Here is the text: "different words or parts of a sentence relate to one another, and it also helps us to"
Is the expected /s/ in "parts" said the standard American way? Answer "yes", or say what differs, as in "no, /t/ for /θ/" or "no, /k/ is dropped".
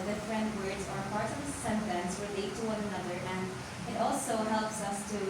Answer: no, /s/ is dropped